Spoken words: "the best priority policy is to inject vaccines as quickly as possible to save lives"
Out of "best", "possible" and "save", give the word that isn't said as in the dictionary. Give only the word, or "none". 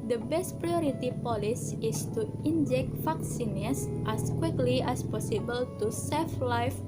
save